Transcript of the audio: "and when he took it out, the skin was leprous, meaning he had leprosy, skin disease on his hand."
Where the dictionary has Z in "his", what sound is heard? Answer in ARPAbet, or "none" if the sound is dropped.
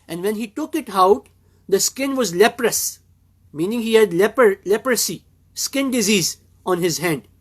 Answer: Z